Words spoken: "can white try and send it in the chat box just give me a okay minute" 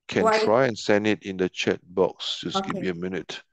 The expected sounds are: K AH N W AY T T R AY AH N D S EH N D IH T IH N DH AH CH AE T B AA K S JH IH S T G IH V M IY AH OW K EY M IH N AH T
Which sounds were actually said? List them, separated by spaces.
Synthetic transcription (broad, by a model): K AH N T T R AY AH N S EH N D IH T IH N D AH CH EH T B AA K S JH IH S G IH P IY AH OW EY M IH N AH T